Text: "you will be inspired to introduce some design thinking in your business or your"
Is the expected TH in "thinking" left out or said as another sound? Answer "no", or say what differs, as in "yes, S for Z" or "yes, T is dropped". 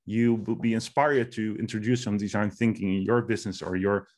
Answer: no